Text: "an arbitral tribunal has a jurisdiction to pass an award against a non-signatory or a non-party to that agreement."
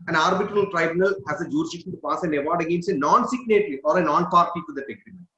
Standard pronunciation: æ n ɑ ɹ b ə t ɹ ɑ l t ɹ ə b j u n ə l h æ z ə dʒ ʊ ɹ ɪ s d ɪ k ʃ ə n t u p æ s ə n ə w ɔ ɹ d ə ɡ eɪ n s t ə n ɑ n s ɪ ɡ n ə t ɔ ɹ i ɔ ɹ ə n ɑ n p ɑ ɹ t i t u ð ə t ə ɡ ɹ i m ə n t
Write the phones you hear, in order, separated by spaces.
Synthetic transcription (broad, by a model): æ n ɑ ɹ b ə t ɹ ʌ l t ɹ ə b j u n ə l h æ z ə dʒ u ɹ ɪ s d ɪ k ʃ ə n t u p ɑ s ə n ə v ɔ ɹ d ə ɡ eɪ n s ə n ɑ n s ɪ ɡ n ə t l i ɔ ɹ ə n ɑ n p ɑ ɹ t i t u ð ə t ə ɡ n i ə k